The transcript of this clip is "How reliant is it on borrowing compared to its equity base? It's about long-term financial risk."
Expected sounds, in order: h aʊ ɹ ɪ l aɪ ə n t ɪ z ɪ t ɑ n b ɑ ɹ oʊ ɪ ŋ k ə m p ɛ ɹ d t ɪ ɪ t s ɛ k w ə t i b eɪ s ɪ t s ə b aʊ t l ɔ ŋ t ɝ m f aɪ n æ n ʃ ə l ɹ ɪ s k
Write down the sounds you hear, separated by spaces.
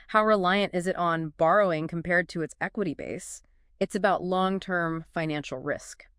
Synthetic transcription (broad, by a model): h aʊ ɹ ɪ l aɪ ə n t ɪ z ɪ t n b ɑ ɹ oʊ ɪ ŋ k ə m p ɛ ɹ d t ɪ ɪ t s ɛ k w ə t i b eɪ s ɪ t s ə b aʊ t l ɔ ŋ t ɝ m f aɪ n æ n ʃ l ɹ ɪ s k